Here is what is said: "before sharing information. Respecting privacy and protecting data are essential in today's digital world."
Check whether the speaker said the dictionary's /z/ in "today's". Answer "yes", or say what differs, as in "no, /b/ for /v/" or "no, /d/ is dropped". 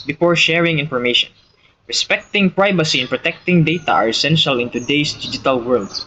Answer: no, /s/ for /z/